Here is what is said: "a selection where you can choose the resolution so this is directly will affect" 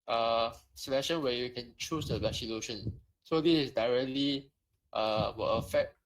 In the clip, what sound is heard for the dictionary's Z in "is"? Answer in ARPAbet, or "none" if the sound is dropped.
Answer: S